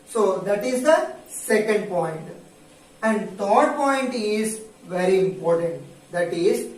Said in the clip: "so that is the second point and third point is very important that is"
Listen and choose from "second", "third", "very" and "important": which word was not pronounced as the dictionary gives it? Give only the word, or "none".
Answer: third